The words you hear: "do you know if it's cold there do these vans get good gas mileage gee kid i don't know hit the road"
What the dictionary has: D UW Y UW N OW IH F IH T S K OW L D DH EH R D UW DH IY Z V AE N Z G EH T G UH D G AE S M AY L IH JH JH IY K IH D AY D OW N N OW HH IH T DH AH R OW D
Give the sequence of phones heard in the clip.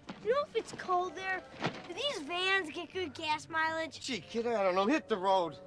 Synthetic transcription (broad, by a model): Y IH N OW IH F IH T S K OW L D DH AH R DH IY Z V AE N Z G EH T G UH D G AE S M AY L IH JH SH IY K IH D AY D OW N N OW HH IH T DH AH R OW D